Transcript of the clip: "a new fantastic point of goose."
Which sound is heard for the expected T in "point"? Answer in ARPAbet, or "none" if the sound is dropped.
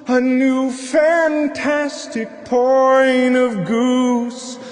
none